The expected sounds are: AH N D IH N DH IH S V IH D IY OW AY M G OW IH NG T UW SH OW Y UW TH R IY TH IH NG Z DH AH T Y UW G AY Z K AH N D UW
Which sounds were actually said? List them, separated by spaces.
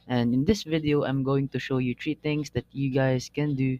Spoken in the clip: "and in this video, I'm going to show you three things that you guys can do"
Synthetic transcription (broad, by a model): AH N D IH N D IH S V IH D IY OW AY M G OW IH NG T UW SH OW Y UW T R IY T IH NG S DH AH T Y UW G AY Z K AH N D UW